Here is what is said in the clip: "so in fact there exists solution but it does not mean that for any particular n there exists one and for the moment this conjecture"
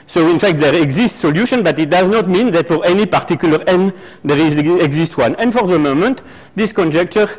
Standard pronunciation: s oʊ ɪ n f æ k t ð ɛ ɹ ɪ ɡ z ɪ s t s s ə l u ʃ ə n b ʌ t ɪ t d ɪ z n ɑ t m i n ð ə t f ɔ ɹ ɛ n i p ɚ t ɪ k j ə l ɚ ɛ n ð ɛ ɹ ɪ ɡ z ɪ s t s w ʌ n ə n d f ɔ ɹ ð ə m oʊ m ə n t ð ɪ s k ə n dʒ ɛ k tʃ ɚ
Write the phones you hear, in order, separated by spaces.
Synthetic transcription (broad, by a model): s oʊ ɪ n f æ k t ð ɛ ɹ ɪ ɡ z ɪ s t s s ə l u ʃ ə n b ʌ t ɪ t d ɪ z n ɑ t m i n ð ə t f ɔ ɹ ɛ n i p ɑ t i k j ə l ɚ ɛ n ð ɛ ɹ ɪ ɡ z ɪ s t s w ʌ n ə n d f ɔ ɹ ð ə m oʊ m ə n t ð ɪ s k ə n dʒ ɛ k tʃ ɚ